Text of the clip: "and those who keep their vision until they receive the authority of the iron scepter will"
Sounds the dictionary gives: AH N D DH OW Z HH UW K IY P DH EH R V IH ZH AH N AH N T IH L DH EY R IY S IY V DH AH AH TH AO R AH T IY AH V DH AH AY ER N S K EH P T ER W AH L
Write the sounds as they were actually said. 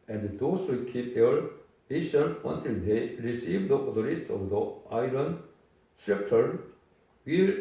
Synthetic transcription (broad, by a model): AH N D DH OW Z HH UW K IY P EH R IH S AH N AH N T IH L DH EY R IY S IY V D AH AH T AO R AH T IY AH V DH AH AY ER N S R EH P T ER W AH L